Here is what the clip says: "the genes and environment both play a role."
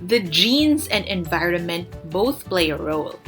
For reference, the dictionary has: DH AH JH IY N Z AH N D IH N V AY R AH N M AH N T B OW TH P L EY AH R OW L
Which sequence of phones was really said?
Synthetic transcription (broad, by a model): DH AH JH IY N Z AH N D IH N V AY R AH N M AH N T B OW TH P L EY AH R OW L